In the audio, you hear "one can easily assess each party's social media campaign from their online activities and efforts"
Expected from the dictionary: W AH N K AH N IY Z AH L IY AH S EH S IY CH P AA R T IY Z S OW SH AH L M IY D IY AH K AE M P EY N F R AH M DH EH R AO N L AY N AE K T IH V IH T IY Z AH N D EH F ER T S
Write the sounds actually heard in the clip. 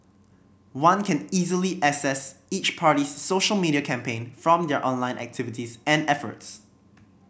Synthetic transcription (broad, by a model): W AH N K AH N IY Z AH L IY AH S EH S IY CH P AA R T IY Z S OW SH AH L M IY D IY AH K AE M P EY N F R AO M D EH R AO N L AY N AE K T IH V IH T IY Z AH N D EH F ER T S